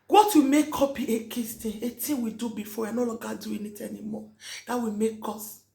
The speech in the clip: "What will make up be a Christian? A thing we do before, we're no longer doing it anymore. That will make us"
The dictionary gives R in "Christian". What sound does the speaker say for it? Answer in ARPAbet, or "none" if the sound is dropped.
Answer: none